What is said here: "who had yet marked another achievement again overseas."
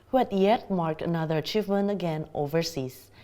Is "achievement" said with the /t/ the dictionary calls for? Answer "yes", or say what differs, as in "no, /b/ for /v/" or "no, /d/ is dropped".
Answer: no, /t/ is dropped